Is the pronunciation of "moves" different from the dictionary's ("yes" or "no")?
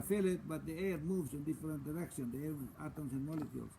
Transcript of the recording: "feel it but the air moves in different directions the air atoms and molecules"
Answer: yes